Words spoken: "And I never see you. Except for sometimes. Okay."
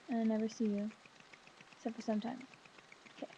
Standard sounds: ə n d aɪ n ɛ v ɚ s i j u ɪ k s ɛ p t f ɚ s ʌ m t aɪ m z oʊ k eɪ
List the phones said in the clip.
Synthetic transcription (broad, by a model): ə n aɪ n ɛ v ɚ s i j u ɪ s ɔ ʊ f ɚ s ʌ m t aɪ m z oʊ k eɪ